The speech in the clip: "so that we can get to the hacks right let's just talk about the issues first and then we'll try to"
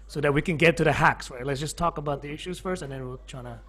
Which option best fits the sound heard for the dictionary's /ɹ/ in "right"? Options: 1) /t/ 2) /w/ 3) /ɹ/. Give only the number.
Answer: 2